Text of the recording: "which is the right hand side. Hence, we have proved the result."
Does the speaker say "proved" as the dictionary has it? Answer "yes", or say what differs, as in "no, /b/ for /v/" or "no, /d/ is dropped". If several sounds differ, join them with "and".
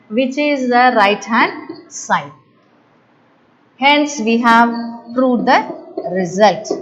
no, /v/ is dropped